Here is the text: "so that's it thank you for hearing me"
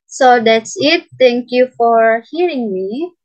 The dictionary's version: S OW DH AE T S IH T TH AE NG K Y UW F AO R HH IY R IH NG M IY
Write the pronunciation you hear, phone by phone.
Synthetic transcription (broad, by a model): S OW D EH T S IH T T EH NG K Y UW F AO R HH IY R IH NG M IY